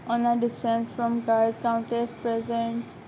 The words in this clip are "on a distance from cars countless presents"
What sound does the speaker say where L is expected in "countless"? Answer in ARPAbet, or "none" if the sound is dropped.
none